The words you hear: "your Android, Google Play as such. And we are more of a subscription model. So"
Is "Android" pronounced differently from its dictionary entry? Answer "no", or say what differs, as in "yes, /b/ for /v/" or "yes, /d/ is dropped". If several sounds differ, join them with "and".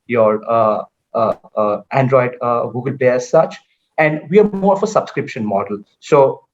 no